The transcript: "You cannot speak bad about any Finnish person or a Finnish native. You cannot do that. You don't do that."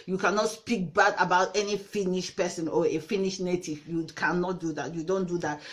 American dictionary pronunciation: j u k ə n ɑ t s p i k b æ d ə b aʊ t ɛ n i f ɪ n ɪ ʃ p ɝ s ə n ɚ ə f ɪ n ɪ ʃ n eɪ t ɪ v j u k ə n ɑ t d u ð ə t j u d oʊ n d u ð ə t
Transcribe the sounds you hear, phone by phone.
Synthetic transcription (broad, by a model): j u k ə n ɑ t s p i k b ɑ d ə b aʊ t ɛ n i f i n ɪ ʃ p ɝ s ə n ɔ ə f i n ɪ ʃ n eɪ t ɪ v j u k ə n ɑ t d u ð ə t j u d oʊ n d u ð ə t